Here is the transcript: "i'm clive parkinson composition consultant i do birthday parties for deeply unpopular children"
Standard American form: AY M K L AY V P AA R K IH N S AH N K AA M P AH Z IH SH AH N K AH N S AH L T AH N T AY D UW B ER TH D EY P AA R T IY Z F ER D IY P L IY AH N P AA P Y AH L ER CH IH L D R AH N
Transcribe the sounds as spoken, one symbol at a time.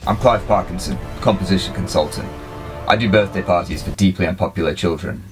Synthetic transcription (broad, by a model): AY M K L AY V P AA R K IH N S AH N K AA M P AH Z IH SH AH N K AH N S AH L T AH N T AY D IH B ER TH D EY P AA R T IY Z F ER D IY P L IY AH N P AA P Y L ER CH IH L D R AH N